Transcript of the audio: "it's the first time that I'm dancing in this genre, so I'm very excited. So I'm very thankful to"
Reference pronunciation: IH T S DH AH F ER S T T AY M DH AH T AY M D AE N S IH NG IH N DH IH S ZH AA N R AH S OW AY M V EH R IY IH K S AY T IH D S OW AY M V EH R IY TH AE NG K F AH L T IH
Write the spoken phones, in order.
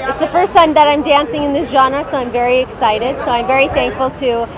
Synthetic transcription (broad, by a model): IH T S DH AH F ER S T T AY M DH AH T AY M D AE N S IH NG IH N DH IH S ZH AA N R S OW AY M V EH R IY IH K S AY T IH D S OW AY M V EH R IY TH AE NG K F AH L T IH